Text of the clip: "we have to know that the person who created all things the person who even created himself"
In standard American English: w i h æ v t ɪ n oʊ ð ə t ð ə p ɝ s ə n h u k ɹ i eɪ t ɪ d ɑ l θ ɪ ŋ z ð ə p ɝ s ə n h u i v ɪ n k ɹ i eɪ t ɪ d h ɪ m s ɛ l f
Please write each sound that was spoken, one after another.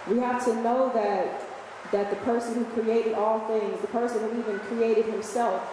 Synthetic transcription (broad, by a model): w i h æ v t ɪ n oʊ ð ə t ð ə p ɝ s ə n h u k ɹ i eɪ t ɪ d ɑ l θ ɪ ŋ z ð ə p ɝ s ə n h u i v ɪ n k ɹ i eɪ t ɪ d h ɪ m s ɛ l f